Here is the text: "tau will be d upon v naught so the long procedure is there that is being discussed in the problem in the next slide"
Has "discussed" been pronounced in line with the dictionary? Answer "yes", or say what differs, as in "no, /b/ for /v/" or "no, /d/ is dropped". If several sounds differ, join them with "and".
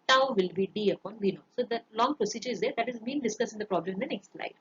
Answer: no, /t/ is dropped